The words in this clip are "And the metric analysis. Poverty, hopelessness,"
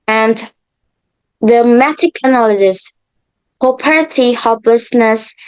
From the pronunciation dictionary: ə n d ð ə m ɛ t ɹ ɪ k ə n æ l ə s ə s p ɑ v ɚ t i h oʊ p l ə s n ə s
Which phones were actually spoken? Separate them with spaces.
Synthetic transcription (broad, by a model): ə n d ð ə m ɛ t ɪ k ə n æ l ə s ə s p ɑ p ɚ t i h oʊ p l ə s n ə s